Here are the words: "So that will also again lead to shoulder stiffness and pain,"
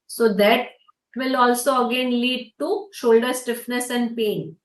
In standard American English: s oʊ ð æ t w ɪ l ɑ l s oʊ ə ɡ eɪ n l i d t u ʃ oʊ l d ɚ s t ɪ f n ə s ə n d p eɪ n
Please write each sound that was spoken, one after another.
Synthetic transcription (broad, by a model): s oʊ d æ t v ɪ l ɑ l s oʊ ə ɡ eɪ n l i d t u ʃ oʊ l d ɚ s t ɪ f n ə s ə n d p eɪ n